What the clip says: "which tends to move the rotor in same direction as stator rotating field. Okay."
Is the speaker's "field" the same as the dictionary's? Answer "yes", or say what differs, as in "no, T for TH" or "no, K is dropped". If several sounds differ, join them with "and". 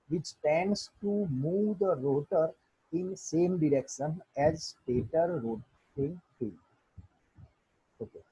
no, D is dropped